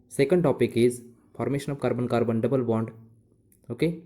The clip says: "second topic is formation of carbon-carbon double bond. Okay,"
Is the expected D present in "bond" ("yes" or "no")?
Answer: yes